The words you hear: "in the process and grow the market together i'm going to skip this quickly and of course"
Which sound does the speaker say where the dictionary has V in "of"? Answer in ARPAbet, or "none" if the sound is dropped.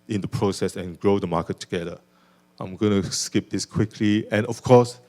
F